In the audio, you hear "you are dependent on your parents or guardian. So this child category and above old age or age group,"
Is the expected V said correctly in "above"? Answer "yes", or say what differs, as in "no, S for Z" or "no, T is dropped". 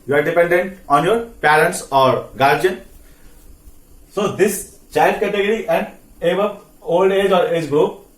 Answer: no, P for V